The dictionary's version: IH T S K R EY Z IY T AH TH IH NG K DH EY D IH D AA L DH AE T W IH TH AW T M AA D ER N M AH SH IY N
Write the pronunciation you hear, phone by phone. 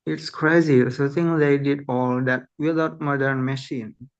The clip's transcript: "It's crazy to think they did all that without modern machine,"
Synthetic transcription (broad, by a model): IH T S K R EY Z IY S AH T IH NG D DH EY D IH D AA L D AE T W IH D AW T M AA D ER N M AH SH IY N